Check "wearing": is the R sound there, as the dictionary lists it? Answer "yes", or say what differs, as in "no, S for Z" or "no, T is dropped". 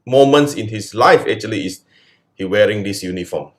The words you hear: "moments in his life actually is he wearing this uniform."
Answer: yes